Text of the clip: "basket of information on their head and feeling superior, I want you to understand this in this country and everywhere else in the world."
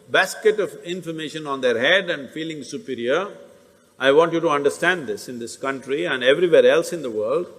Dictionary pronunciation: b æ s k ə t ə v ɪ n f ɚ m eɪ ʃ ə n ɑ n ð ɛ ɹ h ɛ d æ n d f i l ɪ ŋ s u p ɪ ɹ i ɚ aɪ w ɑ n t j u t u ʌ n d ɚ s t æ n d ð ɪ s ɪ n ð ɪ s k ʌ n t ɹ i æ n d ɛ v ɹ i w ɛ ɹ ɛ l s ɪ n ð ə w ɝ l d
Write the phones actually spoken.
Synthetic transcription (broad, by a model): b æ s k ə t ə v ɪ n f ɚ m eɪ ʃ ə n ɑ n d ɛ ɹ h ɛ d æ n d f i l ɪ ŋ s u p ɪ ɹ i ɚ aɪ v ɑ n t j u t u ʌ n d ɚ s t æ n d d ɪ s ɪ n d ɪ s k ʌ n t ɹ i æ n d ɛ v ɹ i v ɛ ɹ ɛ l s ɪ n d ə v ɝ l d